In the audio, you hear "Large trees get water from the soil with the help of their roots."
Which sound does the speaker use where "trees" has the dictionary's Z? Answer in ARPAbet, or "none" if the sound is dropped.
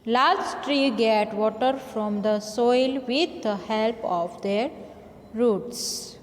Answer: none